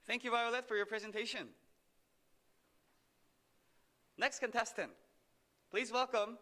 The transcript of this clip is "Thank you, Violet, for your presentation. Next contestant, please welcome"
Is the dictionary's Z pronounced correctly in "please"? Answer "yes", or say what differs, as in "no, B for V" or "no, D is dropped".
yes